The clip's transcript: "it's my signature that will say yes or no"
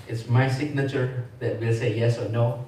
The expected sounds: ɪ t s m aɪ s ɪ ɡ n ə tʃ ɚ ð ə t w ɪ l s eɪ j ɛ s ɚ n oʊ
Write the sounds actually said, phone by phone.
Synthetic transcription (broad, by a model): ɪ t s m aɪ s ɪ ɡ n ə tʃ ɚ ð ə t w ɪ l s eɪ j ɛ s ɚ n oʊ